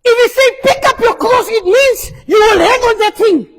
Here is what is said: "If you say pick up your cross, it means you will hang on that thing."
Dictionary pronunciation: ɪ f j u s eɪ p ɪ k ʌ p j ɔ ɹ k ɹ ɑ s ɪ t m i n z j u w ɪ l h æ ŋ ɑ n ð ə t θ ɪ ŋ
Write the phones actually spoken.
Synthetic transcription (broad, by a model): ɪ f j u s eɪ p ɪ k ʌ p j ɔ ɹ k l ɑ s ɪ t m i n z j u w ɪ l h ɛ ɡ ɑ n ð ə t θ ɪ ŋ